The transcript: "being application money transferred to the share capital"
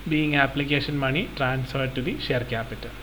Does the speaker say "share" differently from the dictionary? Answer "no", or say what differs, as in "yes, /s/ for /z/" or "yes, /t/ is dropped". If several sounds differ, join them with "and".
no